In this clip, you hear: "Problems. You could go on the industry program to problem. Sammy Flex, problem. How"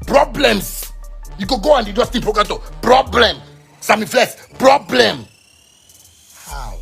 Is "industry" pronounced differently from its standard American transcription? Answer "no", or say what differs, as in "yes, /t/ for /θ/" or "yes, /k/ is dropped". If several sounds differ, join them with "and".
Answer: yes, /ɹ/ is dropped